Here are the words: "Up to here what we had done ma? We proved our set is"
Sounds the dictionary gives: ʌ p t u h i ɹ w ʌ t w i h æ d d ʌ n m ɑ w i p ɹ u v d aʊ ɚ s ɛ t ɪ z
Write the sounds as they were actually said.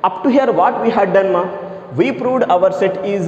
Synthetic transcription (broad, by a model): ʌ p t u h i ɹ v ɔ t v i h æ d d ʌ n m ɑ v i p ɹ u v d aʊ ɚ s ɛ t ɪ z